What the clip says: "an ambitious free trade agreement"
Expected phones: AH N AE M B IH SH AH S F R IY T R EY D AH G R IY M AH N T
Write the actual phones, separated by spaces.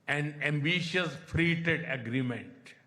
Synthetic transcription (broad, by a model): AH N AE M B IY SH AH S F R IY T EY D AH G R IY M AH N T